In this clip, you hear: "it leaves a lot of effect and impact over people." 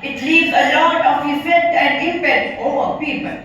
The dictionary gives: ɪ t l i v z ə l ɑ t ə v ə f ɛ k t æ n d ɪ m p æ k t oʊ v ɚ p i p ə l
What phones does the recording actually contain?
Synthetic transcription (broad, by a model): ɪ t l i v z ə l ɑ t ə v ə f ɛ t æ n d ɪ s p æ t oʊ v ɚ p i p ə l